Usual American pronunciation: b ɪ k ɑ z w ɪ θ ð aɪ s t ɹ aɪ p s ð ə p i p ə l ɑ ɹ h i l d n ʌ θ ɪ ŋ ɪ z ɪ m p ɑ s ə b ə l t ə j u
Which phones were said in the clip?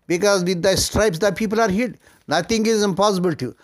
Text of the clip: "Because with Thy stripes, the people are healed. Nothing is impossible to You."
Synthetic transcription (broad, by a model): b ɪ k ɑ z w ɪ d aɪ s t ɹ aɪ p s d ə p i p ə l ɑ ɹ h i d n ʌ t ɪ ŋ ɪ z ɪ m p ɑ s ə b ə l t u